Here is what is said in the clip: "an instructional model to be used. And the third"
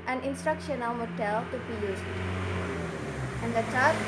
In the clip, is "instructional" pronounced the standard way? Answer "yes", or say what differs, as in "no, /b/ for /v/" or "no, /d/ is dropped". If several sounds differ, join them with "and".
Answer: yes